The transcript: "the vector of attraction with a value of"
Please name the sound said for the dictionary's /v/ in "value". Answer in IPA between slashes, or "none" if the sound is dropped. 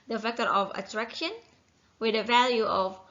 /v/